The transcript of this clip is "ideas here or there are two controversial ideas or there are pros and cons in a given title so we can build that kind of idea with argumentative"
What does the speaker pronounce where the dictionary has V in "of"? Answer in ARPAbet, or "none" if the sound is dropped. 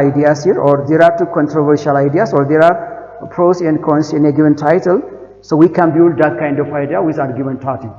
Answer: F